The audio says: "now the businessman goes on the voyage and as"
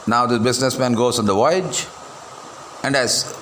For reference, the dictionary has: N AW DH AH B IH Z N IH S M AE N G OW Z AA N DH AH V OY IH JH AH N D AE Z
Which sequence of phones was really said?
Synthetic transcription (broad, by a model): N AW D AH B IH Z N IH S M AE N G OW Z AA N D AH V OY IH JH AH N D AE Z